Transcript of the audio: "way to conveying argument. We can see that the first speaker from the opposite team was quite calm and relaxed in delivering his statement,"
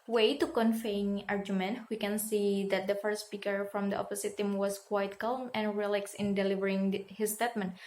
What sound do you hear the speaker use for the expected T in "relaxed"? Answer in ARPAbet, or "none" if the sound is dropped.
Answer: none